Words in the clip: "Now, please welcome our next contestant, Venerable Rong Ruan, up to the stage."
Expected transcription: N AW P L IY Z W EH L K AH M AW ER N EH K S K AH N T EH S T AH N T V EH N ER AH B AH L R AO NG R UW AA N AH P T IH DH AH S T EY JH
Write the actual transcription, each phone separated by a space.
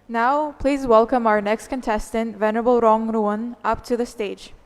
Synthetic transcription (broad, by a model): N AW P L IY Z W EH L K AH M AW ER N EH K S K AH N T EH S T AH N T V EH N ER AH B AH L R AO NG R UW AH N AH P T IH DH AH S T EY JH